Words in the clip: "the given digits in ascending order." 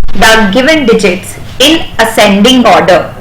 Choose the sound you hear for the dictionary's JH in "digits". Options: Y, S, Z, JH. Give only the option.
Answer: JH